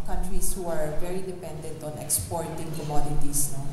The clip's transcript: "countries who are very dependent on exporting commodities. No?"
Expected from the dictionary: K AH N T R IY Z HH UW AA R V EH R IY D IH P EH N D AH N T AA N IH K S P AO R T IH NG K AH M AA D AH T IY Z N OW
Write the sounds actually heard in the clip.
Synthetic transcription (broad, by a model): K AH N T R IY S HH UW AA R V EH R IY D IH P EH N D AH N T AA N IH K S P AO R T IH NG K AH M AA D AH T IY S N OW